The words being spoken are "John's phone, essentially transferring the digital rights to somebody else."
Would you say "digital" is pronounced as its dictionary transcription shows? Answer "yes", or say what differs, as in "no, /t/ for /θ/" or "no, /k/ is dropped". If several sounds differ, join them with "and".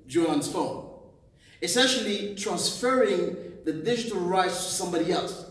yes